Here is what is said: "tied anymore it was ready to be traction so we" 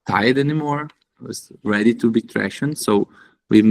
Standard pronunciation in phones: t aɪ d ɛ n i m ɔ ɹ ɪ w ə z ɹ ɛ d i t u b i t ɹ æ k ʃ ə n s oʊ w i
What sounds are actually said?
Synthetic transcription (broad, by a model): t aɪ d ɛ n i m ɔ ɹ ɪ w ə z ɹ ɛ d i t u b i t ɹ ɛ ʃ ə n s oʊ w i